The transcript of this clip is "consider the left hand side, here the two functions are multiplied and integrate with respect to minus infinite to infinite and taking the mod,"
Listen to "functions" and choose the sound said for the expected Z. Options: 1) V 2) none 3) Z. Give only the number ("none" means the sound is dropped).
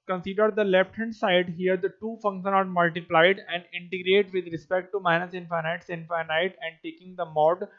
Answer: 2